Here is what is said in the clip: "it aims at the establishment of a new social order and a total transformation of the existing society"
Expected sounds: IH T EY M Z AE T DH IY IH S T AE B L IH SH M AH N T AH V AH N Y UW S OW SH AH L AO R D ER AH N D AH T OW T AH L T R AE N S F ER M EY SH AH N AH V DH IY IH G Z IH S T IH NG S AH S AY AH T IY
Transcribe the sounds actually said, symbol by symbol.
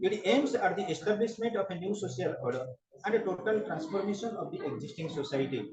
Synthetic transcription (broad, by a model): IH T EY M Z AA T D IY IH S T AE B L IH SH M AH N T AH P AH N Y UW S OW S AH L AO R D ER AH N D AH T OW T AH L T R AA N S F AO M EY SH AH N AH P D IY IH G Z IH S T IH NG S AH S AY T IY